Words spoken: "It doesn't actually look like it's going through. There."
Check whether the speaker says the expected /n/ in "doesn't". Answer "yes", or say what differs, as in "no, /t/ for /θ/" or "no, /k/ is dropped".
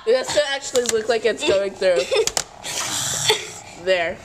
no, /n/ is dropped